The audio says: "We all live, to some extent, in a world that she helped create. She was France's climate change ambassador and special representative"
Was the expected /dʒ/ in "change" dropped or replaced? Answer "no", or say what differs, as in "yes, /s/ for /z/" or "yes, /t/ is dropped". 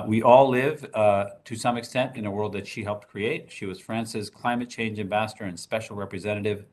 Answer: no